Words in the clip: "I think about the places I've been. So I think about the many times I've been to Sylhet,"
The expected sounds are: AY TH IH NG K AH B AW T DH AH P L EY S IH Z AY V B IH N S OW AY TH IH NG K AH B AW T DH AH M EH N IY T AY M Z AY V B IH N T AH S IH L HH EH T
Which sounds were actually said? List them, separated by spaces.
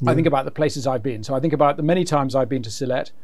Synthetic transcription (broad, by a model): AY TH IH NG K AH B AW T DH AH P L EY S IH Z AY V B IH N S OW AY TH IH NG K AH B AW T DH AH M EH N IY T AY M Z AY V B IH N T AH S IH L EH T